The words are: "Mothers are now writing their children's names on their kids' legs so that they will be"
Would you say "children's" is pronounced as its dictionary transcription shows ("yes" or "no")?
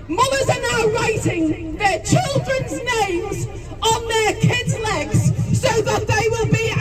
yes